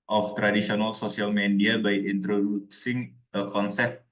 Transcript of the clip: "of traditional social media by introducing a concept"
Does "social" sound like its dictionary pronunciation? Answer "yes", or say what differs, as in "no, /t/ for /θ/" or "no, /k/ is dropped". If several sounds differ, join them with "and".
no, /s/ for /ʃ/